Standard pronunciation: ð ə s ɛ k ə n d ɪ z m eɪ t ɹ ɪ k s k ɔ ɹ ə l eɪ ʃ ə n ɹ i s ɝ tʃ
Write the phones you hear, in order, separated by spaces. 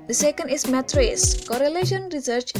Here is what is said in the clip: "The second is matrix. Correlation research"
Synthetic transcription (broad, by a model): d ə s ɛ k ə n d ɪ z m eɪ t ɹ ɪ s k ɔ ɹ ə l eɪ ʃ ə n ɹ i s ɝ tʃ